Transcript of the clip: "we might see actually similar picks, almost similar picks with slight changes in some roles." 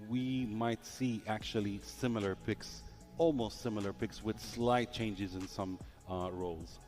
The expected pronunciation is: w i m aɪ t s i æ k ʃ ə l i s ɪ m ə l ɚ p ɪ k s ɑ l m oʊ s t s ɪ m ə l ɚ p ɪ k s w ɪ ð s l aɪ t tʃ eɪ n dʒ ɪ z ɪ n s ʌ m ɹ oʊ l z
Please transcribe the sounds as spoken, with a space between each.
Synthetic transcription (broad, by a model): w i m aɪ t s i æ k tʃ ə l i s ɪ m l ɚ p ɪ k s ɑ l m oʊ s t s ɪ m l ɚ p ɪ k s w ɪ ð s l aɪ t tʃ eɪ n dʒ ɪ z ɪ n s ʌ m ɹ oʊ l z